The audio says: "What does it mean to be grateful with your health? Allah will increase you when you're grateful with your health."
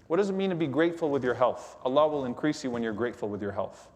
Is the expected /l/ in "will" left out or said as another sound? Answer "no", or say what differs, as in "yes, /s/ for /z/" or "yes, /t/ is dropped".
no